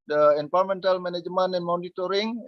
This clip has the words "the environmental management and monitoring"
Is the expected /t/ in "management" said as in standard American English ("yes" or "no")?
no